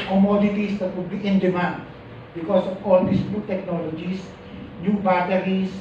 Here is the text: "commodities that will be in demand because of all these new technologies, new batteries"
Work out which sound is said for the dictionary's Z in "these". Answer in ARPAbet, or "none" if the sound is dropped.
S